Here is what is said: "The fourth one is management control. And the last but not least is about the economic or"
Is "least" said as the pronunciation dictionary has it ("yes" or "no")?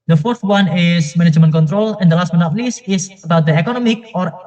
no